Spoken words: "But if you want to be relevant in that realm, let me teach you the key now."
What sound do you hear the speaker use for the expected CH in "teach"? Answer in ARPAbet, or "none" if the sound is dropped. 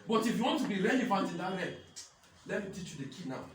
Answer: CH